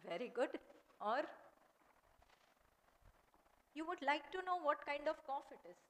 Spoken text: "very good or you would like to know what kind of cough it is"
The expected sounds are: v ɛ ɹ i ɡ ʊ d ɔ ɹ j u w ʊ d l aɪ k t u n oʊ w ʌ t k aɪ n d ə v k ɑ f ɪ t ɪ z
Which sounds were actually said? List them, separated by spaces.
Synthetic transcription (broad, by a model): v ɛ ɹ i ɡ ʊ d ɔ ɹ j u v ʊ d l aɪ k t u n oʊ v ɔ t k aɪ n d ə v k ɑ f ɪ t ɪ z